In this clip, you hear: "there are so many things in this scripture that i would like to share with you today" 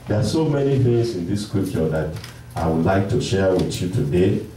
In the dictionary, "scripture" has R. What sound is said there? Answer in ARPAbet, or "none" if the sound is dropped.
none